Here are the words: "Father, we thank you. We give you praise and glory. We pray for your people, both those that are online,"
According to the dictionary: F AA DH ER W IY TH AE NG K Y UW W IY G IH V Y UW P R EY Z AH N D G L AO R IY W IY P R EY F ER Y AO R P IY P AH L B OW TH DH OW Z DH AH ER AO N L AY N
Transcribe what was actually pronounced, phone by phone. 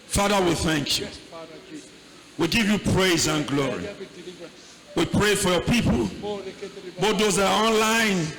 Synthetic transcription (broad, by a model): F AA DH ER W IY TH AE NG K Y UW W IY G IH V Y UW P R EY Z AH N G L AO R IY W IY P R EY F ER Y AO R P IY P AH L B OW T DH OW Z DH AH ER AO N L AY N